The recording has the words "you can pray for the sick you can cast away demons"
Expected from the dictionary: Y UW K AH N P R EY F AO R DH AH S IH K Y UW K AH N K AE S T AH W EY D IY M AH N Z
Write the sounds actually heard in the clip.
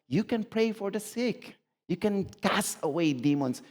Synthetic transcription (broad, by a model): Y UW K AH N P R EY F AO R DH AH S IH K Y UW K AH N K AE S AH W EY D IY M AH N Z